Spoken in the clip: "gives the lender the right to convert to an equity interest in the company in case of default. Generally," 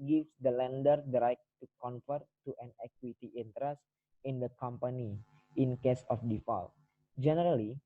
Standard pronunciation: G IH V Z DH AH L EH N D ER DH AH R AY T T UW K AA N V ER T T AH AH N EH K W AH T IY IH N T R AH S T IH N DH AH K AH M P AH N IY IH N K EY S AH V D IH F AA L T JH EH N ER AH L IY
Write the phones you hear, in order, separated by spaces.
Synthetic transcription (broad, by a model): G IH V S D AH L EH N D ER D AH R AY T T UW K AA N F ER T T AH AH N EH K W AH T IY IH N T R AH S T IH N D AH K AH M P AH N IY IH N K EY S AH F D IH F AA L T JH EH N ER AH L IY